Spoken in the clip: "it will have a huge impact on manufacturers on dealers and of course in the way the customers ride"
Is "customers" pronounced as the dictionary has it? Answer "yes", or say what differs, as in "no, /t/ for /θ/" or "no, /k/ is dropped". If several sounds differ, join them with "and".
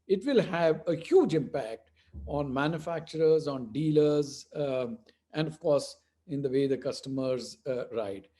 yes